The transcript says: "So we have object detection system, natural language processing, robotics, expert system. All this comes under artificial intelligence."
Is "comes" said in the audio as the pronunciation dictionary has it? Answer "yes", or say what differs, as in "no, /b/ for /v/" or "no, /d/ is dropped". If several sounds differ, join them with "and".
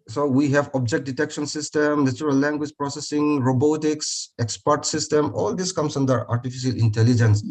no, /s/ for /z/